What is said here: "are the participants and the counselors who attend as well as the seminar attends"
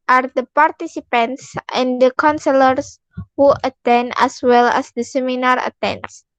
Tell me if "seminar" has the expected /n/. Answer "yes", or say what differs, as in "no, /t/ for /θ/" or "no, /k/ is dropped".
yes